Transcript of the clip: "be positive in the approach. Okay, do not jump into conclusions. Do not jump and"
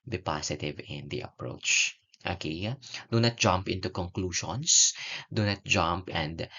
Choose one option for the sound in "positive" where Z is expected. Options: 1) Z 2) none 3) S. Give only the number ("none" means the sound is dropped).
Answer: 3